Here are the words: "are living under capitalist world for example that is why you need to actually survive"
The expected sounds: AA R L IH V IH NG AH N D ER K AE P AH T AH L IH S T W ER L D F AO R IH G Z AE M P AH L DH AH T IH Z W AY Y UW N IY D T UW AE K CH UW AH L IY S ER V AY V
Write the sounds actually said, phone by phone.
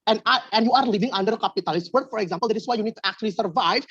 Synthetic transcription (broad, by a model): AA R L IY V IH NG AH N D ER K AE P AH T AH L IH S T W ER D F AO R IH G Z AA M P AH L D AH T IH S W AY Y UW N IY D T UW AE K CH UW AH L IY S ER V AY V